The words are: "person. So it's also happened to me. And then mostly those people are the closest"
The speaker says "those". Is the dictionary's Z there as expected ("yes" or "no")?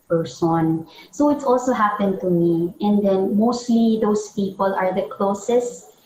no